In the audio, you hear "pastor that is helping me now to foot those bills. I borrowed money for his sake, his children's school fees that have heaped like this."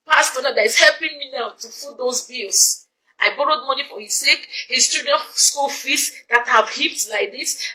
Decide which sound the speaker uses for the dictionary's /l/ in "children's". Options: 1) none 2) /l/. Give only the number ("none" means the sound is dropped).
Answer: 1